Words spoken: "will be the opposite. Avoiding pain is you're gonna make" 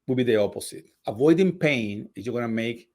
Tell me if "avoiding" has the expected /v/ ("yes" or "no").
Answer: yes